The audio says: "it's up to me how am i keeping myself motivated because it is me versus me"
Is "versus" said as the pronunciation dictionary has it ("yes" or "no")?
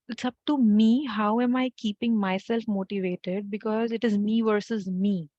yes